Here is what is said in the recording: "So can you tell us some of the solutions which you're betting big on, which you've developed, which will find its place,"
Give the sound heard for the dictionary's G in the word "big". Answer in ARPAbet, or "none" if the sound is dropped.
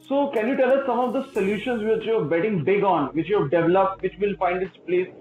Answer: G